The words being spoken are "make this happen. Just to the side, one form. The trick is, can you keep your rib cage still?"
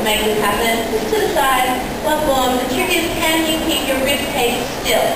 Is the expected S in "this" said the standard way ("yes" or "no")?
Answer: no